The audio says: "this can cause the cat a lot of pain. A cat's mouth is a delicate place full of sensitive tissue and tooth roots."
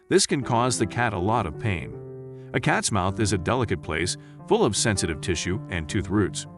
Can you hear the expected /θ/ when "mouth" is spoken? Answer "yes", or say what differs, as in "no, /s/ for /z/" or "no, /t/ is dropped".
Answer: yes